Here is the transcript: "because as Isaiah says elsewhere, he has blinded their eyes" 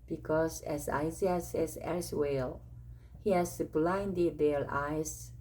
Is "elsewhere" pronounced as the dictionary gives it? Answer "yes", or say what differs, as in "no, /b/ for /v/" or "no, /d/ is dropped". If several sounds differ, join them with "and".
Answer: no, /l/ is dropped and /l/ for /ɹ/